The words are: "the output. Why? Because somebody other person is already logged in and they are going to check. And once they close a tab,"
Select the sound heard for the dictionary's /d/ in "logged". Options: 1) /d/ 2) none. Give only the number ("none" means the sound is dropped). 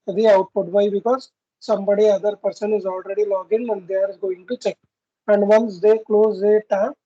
2